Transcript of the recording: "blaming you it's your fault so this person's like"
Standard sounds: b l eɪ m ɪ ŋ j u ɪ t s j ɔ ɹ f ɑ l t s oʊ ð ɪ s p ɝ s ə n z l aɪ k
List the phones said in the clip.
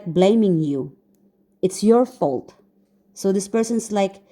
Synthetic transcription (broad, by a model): b l eɪ m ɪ ŋ j u ɪ t s j ɔ ɹ f ɑ l t s oʊ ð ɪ s p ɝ s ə n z l aɪ k